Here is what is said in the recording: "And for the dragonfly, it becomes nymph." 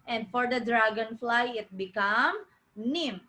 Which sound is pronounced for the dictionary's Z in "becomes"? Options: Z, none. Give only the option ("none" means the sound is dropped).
none